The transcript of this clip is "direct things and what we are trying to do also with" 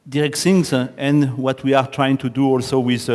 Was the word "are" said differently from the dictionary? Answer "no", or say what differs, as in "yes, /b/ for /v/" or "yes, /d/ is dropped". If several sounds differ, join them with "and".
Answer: no